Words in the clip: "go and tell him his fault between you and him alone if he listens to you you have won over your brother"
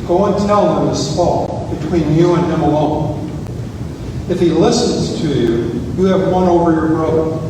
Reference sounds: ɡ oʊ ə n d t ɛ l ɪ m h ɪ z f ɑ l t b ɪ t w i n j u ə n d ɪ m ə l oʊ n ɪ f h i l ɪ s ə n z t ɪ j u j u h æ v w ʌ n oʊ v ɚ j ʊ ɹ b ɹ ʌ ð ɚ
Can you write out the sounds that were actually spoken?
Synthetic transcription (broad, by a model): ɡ oʊ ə n t ɛ l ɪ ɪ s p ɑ t b ɪ t w i n j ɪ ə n ɪ m ə l oʊ n ɪ f h i l ɪ s ə n z t ɪ j u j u v w ʌ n oʊ v ɚ j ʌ ɹ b ɹ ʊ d